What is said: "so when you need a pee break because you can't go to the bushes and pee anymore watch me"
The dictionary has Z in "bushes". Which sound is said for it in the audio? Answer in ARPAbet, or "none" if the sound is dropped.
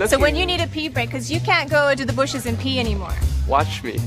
Z